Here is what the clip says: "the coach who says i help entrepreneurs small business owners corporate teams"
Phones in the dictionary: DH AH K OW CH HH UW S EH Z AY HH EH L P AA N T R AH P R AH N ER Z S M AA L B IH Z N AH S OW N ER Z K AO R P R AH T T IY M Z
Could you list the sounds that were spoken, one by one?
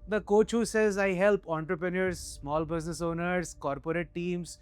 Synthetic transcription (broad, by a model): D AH K OW CH HH UW S EH Z AY HH EH L P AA N T R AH P R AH N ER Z S M AA L B IH Z N AH S OW N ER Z K AO R P R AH T T IY M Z